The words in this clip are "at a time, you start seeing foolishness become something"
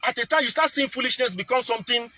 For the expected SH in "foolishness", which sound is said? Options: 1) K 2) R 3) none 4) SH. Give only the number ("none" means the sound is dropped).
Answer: 4